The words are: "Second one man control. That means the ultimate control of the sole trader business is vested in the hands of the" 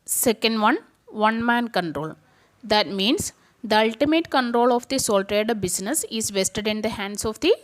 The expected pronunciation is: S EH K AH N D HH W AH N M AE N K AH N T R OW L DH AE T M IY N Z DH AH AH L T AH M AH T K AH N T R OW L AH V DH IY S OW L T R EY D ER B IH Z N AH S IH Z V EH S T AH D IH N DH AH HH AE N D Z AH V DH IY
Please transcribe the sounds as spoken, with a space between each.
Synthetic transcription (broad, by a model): S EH K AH N D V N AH N M AE N K AH N T R OW L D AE T M IY N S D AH AH L T AH M AH T K AH N T R OW L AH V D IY S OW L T R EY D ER B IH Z N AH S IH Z V EH S T AH D IH N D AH HH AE N D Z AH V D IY